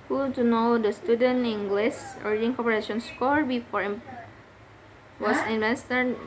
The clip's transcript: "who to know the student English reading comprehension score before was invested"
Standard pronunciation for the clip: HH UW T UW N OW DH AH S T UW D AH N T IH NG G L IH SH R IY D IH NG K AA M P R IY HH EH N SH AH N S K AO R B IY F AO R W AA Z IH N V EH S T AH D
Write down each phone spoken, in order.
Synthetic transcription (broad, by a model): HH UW T UW N OW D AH S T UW D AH N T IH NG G L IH S R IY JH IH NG K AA P IY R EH SH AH N S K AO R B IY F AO R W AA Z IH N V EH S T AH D